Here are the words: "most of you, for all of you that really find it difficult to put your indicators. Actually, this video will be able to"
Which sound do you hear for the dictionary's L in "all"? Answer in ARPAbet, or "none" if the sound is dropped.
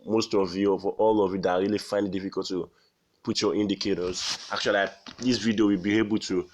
L